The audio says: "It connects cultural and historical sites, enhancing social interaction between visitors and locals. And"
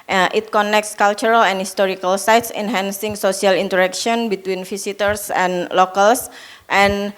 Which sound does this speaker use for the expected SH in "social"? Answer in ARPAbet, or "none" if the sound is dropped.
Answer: S